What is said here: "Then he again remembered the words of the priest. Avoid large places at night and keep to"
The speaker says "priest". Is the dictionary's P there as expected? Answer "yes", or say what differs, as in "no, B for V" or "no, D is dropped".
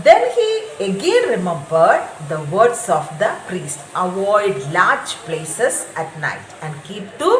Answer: yes